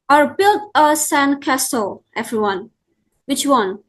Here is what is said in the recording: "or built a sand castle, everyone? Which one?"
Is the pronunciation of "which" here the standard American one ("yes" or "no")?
yes